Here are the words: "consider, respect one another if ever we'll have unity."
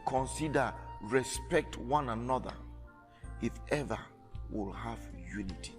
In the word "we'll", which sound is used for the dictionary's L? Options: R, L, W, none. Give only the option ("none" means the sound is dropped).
L